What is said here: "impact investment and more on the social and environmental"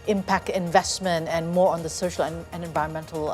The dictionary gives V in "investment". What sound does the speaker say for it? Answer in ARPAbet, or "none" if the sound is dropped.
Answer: V